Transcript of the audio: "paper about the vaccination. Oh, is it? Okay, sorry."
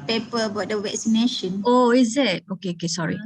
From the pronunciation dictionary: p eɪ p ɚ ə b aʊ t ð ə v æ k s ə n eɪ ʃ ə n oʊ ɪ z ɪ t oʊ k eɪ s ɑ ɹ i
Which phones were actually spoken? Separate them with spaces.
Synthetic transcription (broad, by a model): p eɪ p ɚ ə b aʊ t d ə w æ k s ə n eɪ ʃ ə n oʊ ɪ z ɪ t oʊ k eɪ s ɑ ɹ i